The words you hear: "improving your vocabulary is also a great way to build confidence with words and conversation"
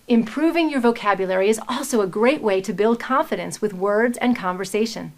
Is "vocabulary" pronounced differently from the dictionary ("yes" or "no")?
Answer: no